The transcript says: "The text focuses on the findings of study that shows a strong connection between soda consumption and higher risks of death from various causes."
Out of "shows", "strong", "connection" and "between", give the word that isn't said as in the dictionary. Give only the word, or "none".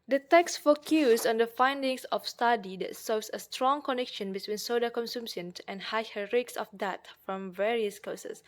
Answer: shows